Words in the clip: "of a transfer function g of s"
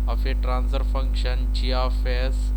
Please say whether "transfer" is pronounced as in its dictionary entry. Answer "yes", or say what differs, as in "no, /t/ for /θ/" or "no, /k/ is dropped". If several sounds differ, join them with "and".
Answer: no, /f/ is dropped